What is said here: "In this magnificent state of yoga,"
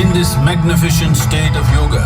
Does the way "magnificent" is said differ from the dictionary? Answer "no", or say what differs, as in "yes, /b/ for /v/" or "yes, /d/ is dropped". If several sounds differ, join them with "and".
yes, /ʃ/ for /s/